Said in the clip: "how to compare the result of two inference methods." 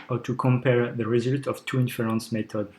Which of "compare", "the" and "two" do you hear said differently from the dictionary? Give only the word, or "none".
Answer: none